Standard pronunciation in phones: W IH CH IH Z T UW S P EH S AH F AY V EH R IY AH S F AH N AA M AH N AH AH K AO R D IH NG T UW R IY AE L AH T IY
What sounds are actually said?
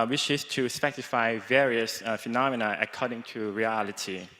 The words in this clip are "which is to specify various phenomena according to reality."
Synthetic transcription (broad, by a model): W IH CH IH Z T UW S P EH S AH F AY V EH R IY AH S F AH N AA M AH N AH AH K AO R D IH NG T UW R IY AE L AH T IY